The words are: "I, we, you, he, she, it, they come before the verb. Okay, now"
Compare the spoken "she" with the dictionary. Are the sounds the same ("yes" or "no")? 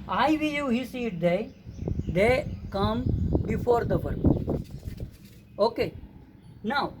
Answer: no